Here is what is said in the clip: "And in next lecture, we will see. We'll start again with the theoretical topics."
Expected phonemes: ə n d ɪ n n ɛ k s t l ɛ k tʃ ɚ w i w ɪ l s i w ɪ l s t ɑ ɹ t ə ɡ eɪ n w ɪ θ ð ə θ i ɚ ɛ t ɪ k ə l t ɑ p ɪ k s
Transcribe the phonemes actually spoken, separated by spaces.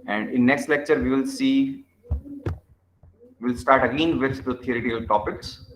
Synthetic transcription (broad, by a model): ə n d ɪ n n ɛ k s t l ɛ k tʃ ɚ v i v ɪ l s i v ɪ l s t ɑ ɹ t ə ɡ eɪ n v ɪ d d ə t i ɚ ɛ t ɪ k ə l t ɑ p ɪ k s